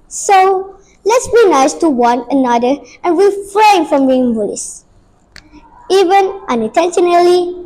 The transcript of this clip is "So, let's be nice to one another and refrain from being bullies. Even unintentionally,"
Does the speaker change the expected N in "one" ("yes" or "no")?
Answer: no